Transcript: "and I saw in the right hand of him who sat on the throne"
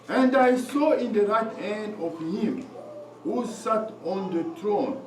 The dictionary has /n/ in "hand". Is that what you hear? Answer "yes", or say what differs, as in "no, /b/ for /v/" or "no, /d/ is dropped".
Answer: yes